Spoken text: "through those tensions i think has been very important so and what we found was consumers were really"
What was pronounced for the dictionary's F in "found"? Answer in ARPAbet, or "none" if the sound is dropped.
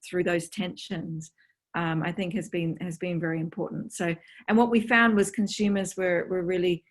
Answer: F